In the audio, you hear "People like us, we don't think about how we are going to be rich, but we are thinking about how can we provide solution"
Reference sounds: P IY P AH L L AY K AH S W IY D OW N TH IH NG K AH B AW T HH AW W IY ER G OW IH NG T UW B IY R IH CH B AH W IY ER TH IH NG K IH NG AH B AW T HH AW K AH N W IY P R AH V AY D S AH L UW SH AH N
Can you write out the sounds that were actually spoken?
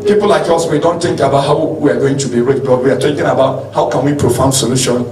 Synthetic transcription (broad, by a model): P IY P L L AY K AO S W IY D OW N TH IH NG K AH B AW T HH AW W IY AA G OW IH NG T UW B IY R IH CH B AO W IY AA T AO K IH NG AH B AW T HH AW K AH N W IY P R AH F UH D S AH L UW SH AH N